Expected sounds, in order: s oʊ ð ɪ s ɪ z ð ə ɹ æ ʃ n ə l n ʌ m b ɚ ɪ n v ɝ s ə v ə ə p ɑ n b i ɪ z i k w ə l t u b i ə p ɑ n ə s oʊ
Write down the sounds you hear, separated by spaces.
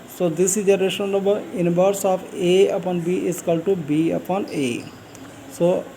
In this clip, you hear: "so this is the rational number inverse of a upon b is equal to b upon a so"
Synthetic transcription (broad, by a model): s oʊ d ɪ s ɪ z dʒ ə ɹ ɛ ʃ ə n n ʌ b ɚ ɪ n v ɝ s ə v ə ə p ɑ n b i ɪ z k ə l t u b i ə p ɑ n ə s oʊ